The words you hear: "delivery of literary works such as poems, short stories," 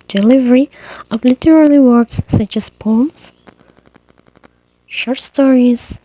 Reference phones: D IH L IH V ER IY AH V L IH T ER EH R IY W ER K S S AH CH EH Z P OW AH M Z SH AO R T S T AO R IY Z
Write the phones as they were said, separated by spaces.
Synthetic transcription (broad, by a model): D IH L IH V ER IY AH V L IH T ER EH L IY W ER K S S AH CH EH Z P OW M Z SH AO R T S T AO R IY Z